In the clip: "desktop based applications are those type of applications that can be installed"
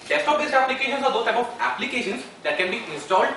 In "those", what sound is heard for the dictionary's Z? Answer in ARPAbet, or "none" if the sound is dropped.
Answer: none